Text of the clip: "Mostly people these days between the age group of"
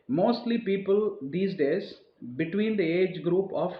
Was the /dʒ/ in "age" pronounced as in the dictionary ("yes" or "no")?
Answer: yes